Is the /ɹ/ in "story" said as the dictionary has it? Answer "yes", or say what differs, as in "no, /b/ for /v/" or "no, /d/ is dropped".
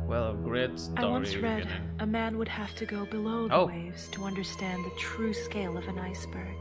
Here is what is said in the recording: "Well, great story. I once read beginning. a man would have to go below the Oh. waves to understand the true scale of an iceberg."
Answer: no, /ɹ/ is dropped